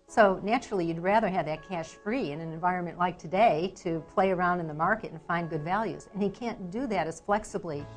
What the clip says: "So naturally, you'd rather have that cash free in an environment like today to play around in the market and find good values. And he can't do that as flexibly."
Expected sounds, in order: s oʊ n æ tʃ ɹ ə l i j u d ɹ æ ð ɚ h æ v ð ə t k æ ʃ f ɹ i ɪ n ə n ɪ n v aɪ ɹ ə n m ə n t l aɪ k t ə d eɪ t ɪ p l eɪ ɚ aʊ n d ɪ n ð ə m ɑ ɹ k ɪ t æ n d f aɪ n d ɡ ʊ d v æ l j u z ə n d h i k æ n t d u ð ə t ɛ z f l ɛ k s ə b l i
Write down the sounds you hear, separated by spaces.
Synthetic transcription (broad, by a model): s oʊ n æ tʃ ɹ l i j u d ɹ æ ð ɚ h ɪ v ð ə t k æ ʃ f ɹ i ɪ n ə n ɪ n v aɪ ɹ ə n m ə n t l aɪ k t ə d eɪ t ɪ p l eɪ ɚ aʊ n d ɪ n ð ə m ɑ ɹ k ɪ t n f aɪ n ɡ ʊ d v æ l j u z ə n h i k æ n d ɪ ð ə t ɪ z f l ɛ k s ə b l i